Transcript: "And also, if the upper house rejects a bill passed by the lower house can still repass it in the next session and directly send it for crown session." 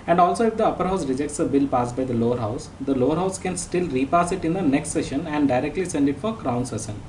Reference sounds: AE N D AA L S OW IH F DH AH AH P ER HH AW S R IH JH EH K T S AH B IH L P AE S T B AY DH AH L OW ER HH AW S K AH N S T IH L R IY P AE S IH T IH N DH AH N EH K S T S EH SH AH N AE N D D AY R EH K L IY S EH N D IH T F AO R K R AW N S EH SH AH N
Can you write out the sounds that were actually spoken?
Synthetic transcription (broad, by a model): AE N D AA L S OW IH F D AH AH P ER HH AW S R IH JH EH K T S AH B IH L P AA S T B AY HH AH L OW ER HH AW S K AH N S T IH L R IY P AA S IH T IH N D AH N EH K S T S EH SH AH N AE N D D AY R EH K L IY S EH N D IH T F AO R K R AW N S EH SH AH N